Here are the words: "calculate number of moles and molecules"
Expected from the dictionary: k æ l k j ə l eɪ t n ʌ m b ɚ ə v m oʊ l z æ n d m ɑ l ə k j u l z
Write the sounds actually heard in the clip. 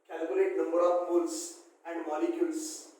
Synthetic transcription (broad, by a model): k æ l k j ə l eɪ t n ʌ m b ɚ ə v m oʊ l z æ n d m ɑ l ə k j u l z